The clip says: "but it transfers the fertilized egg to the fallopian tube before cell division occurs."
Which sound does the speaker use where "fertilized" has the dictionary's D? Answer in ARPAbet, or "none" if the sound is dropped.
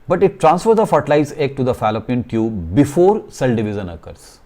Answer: none